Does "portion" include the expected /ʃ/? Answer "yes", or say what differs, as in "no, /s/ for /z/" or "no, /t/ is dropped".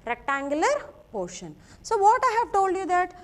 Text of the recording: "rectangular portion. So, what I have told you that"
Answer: yes